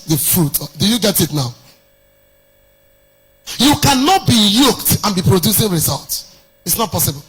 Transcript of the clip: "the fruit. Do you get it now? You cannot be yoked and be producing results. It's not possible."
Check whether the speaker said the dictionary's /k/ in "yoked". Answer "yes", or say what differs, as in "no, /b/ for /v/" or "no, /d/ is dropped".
yes